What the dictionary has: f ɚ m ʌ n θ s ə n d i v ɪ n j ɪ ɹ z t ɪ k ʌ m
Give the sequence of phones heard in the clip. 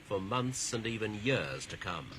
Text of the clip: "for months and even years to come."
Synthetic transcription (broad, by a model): f ɚ m ʌ n θ s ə n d i v ɪ n j ɪ ɹ z t ɪ k ʌ m